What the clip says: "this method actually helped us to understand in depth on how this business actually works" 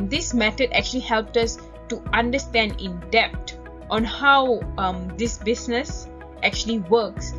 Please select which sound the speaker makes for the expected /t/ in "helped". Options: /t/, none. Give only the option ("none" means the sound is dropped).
/t/